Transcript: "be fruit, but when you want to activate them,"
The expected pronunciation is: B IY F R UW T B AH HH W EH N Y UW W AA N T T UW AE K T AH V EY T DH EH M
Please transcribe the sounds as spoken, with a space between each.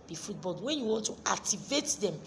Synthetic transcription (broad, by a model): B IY F UW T B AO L W EH N Y UW W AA N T T UW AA K T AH V EY T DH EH M